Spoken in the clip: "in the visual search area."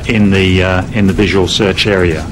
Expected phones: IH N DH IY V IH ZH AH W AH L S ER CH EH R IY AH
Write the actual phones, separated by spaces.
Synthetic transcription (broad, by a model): IH N DH IY V IH ZH AH W AH L S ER CH EH R IY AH